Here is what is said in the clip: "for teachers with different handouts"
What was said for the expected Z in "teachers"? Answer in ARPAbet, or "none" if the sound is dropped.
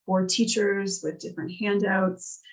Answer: Z